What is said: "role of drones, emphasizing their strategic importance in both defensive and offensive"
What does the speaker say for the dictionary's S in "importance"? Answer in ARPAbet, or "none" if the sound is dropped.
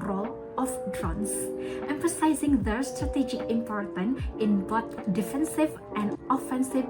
none